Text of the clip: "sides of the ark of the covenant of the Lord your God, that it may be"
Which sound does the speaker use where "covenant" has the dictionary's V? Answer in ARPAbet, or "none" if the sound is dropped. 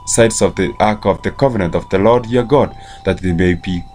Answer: V